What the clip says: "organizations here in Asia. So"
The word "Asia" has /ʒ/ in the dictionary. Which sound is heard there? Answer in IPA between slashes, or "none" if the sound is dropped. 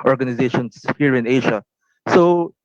/ʃ/